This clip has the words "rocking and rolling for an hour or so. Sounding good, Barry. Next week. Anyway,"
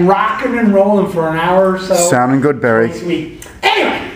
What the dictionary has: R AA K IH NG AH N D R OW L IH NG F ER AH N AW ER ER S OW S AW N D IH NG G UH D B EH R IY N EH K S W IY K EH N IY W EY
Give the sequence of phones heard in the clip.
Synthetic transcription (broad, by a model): R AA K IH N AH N R OW L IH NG F ER AH N AW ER ER S OW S AW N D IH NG G UH D B EH R IY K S W IY K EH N IY W EY